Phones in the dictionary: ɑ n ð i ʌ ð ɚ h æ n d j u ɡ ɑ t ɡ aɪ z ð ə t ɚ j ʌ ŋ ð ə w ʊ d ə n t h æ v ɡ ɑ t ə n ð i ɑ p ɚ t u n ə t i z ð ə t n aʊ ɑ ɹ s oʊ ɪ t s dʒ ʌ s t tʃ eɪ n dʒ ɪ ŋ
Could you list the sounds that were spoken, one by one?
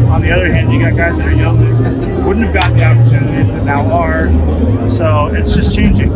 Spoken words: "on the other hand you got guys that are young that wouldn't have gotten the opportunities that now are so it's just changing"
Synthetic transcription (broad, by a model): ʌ n ð i ʌ ð ɚ h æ n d j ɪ ɡ ɑ t ɡ aɪ z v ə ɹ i j ʌ ŋ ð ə w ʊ d n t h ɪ v ɡ ɑ t ð i ɑ p ɚ t u n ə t i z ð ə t n aʊ ɑ ɹ s oʊ ɪ t s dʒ ʌ s tʃ eɪ n dʒ ɪ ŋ